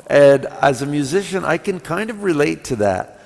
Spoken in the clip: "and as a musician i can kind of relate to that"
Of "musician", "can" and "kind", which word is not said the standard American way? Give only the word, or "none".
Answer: none